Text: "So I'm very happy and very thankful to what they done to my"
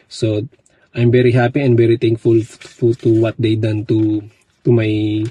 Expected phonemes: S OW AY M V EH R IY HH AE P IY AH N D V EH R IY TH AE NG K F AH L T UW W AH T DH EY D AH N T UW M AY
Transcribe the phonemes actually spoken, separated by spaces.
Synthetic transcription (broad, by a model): S OW AY M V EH R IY HH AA P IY AH N D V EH R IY T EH NG K F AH L T UW W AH T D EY D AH N T UW M AY